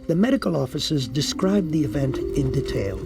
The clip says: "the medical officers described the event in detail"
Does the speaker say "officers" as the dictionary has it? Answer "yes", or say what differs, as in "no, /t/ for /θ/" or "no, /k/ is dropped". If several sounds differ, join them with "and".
yes